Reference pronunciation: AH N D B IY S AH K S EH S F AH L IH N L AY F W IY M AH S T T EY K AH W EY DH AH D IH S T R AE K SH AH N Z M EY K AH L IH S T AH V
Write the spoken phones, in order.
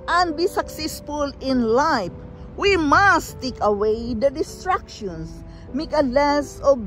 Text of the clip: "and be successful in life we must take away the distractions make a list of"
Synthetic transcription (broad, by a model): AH N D B IY S AH K S EH S F AH L IH N L AY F W IY M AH S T T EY K AH W EY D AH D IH S T R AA K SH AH N S M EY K AH L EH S AH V